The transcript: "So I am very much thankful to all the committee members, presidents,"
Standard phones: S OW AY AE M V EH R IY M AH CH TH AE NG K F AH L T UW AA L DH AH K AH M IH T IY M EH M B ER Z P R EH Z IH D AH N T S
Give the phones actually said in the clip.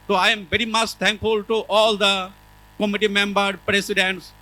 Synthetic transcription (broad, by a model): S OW AY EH M V EH R IY M AH CH T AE NG K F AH L T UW AA L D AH K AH M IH T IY M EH M B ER P R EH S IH D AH N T S